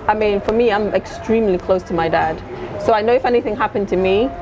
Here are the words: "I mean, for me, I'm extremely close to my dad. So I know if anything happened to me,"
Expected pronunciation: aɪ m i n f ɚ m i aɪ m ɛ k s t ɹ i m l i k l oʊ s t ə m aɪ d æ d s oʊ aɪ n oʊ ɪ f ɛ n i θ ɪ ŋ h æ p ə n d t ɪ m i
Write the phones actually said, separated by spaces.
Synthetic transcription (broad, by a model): aɪ m i n f ɚ m i aɪ m ɛ k s t ɹ i m l i k l oʊ s t ə m aɪ d æ d s oʊ aɪ n oʊ ɪ f ɛ n i θ ɪ ŋ h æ p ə n t ɪ m i